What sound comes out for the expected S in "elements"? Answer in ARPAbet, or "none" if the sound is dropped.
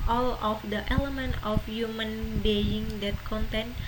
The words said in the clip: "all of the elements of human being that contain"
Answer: none